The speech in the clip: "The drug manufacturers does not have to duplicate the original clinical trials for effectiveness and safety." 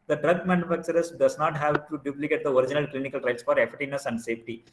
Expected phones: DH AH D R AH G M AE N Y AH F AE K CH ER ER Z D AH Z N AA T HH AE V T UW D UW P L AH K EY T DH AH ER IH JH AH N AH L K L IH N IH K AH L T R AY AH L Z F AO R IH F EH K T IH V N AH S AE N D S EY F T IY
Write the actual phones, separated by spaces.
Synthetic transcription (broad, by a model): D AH D R AH G M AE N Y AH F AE K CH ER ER S D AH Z N AA T HH AE V T UW D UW P L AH K EY T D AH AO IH JH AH N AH L K L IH N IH K AH L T R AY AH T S F AO R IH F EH T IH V N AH S AE N D S EY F T IY